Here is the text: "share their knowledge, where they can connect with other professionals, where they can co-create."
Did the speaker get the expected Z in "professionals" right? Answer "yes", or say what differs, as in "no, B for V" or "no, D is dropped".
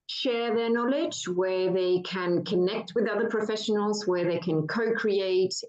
yes